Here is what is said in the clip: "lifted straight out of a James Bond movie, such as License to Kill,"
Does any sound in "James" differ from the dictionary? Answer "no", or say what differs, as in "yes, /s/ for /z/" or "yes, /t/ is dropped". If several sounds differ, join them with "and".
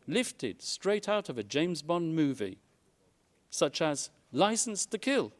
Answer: no